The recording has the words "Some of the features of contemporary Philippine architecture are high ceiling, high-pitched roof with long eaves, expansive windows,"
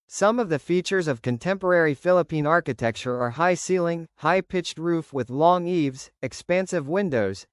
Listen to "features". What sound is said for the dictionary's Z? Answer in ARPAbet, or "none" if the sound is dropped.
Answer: Z